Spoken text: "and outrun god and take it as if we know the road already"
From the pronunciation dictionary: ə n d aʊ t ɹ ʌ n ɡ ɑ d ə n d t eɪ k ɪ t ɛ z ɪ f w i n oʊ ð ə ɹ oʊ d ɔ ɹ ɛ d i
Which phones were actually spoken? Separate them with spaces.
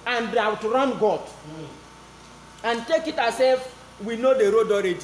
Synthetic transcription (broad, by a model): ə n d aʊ t ɹ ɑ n ɡ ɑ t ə n t eɪ k ɪ t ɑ s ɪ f w i n oʊ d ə ɹ oʊ d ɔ ɹ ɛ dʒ